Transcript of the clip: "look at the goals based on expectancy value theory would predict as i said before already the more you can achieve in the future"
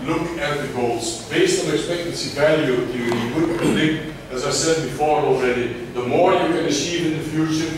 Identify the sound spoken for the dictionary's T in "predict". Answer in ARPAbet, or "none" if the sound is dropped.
none